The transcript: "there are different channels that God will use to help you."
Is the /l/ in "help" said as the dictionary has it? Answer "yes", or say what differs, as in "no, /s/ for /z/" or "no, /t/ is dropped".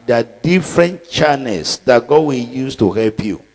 yes